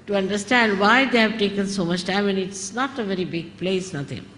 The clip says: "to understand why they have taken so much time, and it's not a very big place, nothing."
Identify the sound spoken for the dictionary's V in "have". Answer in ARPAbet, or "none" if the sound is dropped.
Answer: V